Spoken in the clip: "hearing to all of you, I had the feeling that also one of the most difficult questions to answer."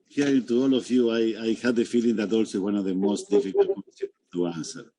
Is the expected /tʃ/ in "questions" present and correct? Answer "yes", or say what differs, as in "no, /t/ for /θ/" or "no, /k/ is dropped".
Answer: no, /tʃ/ is dropped